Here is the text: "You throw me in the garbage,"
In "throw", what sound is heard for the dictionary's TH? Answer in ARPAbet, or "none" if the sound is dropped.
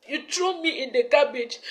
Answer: T